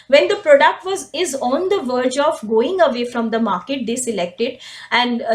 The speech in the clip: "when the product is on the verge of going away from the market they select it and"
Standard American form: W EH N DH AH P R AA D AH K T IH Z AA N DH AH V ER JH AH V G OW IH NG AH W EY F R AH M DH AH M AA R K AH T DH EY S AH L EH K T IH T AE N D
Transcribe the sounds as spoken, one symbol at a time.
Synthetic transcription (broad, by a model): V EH N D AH P R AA D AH K T IH Z AA N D AH V ER JH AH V G OW IH NG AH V EY F R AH M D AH M AA R K AH T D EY S AH L EH K T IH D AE N D